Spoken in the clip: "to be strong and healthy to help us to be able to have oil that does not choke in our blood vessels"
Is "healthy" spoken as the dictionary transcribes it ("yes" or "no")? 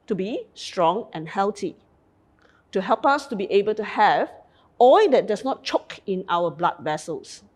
no